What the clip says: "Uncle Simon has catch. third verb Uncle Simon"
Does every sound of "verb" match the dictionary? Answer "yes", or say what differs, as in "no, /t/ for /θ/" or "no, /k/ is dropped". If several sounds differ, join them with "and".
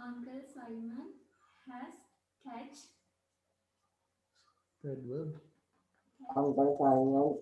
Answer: no, /b/ is dropped